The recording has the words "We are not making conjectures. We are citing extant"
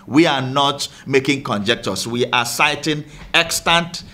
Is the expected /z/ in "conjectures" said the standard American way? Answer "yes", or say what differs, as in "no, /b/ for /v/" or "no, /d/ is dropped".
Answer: no, /s/ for /z/